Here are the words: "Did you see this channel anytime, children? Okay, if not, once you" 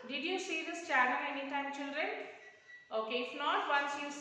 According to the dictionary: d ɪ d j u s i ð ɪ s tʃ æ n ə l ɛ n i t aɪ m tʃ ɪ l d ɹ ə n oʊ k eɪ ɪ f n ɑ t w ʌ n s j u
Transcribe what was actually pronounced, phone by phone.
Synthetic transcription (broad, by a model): d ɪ d j u s i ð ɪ s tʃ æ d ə n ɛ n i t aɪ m tʃ ɪ l d ɹ ə n oʊ k eɪ ɪ f n ɑ t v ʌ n s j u